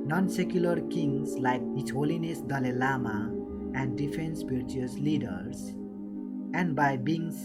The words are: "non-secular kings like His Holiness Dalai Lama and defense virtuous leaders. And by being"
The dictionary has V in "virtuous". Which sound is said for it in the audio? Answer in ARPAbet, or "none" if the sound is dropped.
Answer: P